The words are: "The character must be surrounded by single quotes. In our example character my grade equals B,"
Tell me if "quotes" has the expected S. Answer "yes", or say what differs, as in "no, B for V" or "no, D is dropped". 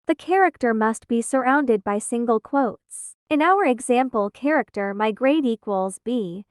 yes